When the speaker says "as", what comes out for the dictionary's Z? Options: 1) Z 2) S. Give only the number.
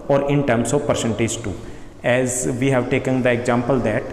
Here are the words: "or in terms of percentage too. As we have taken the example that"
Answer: 1